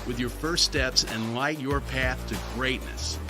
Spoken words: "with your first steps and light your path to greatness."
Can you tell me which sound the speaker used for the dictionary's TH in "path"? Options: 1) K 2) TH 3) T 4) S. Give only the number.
2